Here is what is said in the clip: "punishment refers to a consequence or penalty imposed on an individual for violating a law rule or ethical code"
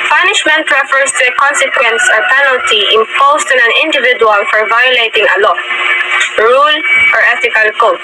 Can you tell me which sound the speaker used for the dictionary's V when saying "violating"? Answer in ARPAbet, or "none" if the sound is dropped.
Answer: V